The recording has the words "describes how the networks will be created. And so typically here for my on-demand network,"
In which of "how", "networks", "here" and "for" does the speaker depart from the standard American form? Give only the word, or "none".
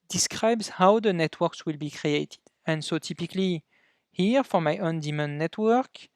none